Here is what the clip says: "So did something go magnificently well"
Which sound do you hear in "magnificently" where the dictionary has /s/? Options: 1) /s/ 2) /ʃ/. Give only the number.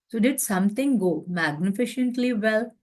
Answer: 2